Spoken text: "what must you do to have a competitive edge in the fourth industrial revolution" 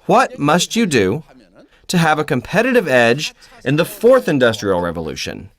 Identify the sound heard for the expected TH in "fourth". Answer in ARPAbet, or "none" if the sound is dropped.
TH